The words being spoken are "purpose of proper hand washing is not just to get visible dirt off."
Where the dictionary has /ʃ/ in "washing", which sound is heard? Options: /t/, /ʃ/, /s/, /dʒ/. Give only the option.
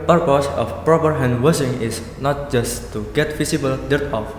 /s/